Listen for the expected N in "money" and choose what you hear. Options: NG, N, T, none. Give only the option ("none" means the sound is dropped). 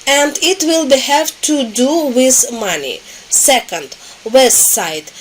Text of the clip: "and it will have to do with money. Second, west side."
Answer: N